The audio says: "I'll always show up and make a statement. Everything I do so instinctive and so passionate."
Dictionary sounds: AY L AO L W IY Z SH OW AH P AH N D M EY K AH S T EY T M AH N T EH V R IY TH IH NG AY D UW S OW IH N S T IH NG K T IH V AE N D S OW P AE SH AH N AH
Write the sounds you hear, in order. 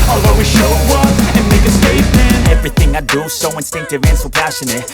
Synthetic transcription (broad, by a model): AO L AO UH W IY SH OW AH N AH N M EY K AH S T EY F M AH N EH V R IY TH IH NG AY D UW S OW IH N S T IH NG K T IH V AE N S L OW P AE SH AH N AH